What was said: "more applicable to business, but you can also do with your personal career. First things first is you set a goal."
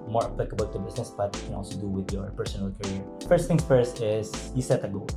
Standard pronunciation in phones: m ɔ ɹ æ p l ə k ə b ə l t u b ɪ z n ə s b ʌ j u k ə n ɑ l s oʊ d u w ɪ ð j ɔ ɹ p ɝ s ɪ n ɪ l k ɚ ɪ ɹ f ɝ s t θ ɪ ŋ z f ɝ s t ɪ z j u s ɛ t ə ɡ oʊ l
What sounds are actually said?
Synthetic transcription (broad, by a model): m ɔ ɹ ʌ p l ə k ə b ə l t u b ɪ s n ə s b ʌ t k ə n ɑ l s oʊ d u w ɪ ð j ɔ ɹ p ɝ s ɪ n ɪ l k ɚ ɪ ɹ f ɝ s t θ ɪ ŋ s f ɝ s t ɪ s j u s ɛ t ə ɡ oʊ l